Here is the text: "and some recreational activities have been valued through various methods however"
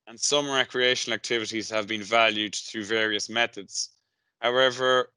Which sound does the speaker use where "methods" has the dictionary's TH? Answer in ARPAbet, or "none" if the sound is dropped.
TH